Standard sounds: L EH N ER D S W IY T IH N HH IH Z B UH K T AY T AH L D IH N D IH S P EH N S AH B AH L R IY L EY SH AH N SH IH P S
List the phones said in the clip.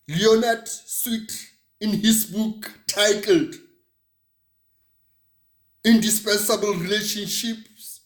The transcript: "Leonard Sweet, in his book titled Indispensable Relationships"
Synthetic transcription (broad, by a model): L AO N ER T S W IY T IH N HH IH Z B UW K T AY T AH L D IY N D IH S P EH N S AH B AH L R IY L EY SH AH N SH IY P S